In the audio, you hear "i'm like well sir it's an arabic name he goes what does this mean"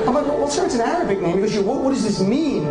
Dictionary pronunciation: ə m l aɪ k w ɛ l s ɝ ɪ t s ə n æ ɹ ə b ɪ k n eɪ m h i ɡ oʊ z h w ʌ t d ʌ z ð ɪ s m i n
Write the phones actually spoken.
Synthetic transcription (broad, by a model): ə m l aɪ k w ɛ w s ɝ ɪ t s ə n æ ɹ ə b ɪ k n eɪ m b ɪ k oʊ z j w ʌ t d ʌ z ð ɪ s m i n